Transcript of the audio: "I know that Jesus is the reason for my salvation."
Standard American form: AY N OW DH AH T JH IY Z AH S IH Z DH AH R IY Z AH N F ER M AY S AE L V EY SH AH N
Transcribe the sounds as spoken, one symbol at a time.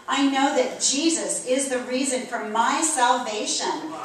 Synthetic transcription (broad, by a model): AY N OW DH AH T JH IY Z AH S IH Z DH AH R IY Z AH N F ER M AY S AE L V EY SH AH N